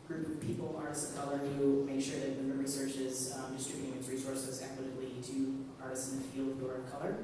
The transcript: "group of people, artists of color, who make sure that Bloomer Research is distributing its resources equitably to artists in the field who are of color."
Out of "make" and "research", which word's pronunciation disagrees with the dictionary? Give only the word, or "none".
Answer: none